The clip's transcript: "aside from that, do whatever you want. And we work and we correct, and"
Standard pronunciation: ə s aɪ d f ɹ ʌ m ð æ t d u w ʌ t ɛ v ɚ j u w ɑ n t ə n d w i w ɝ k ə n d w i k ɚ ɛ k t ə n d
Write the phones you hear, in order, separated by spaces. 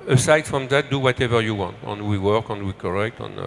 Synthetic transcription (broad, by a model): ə s aɪ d f ɹ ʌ m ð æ t d u w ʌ t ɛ v ɚ j u w ɑ n t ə n w i w ɝ k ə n w i k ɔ ɛ k t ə n